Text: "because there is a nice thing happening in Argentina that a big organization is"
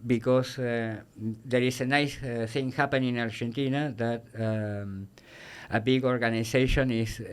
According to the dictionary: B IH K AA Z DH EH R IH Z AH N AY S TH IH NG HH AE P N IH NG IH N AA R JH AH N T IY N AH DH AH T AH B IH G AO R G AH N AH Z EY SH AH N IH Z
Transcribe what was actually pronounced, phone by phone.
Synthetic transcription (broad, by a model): B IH K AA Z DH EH R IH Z AH N AY S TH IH NG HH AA P IH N IH N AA R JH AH N T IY N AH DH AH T AH B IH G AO R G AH N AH S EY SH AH N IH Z